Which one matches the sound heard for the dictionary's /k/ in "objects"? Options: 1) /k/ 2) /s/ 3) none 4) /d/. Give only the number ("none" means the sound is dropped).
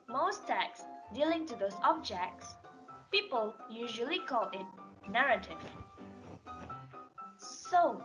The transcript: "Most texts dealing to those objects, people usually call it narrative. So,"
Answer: 1